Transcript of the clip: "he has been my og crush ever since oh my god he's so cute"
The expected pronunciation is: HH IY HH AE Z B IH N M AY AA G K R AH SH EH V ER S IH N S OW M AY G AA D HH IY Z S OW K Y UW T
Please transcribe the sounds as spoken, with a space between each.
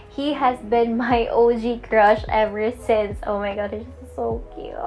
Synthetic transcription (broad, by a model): HH IY HH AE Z B IH N M AY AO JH K R AH SH EH V ER S IH N S OW M AY G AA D HH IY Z S OW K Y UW